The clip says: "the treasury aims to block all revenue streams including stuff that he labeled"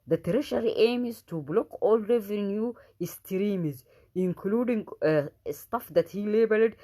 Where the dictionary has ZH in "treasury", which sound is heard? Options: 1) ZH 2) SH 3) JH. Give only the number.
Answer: 2